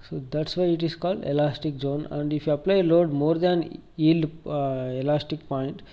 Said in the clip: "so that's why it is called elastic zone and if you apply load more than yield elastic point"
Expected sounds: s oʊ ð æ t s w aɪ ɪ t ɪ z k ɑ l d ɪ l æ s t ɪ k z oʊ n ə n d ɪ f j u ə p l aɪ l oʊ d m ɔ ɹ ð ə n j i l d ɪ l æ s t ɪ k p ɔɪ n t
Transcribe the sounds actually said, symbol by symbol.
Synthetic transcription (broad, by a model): s oʊ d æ t s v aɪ ɪ t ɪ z k ɑ l d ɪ l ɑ s t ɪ k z oʊ n ə n d ɪ f j u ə p l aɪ l oʊ d m ɔ ɹ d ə n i l ɪ l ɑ s t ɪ k p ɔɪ n t